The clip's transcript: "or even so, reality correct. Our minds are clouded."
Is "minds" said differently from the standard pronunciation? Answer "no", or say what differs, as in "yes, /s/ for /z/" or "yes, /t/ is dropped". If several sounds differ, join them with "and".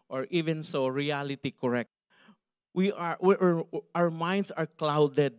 yes, /s/ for /z/